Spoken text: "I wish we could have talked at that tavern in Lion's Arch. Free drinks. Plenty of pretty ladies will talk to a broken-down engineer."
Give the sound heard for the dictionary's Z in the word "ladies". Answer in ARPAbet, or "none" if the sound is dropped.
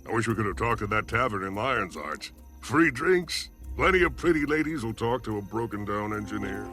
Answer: Z